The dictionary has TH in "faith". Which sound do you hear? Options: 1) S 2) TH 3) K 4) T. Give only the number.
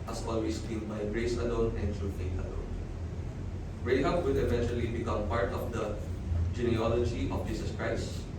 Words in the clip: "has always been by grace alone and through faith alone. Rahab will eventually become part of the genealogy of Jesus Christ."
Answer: 4